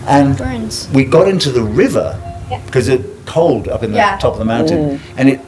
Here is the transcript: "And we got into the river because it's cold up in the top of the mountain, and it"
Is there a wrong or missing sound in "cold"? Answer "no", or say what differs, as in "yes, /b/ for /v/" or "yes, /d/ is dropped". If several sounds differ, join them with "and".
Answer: no